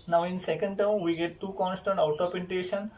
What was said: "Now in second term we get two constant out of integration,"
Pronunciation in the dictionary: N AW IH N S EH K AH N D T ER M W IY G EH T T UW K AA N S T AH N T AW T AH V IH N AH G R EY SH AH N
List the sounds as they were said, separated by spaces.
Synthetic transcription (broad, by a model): N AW IH N S EH K AH N D T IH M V IY G EH T T UW K AA N S T AH N T AW T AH P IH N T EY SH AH N